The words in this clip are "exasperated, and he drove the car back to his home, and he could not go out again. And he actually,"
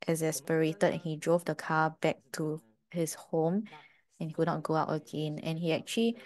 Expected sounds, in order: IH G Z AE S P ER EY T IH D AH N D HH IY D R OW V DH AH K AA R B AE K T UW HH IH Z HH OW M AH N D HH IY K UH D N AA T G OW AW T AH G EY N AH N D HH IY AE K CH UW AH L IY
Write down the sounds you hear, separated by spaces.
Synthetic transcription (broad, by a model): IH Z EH S P ER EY T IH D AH N HH IY D R OW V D AH K AA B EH K T UW HH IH S HH OW M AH N HH IY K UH D N AA T G OW AW T AH G EY N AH N HH IY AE K CH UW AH L IY